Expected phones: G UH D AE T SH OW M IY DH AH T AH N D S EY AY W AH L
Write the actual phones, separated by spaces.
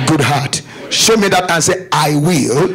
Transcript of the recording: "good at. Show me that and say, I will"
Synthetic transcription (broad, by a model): G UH D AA T SH OW M IY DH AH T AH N S EY AY W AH L